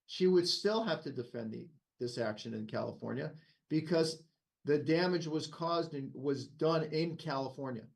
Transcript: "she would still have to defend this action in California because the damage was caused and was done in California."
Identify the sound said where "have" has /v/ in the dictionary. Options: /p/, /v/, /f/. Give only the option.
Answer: /f/